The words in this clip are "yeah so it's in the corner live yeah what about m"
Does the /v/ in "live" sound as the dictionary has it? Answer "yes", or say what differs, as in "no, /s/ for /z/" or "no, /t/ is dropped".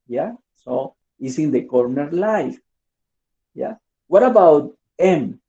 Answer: no, /f/ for /v/